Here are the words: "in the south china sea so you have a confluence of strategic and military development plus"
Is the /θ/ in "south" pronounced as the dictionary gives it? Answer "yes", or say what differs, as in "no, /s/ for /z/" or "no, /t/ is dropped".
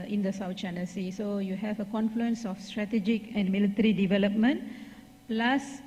no, /t/ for /θ/